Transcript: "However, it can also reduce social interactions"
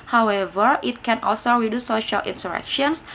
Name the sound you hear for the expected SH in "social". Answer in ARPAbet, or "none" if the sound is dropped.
SH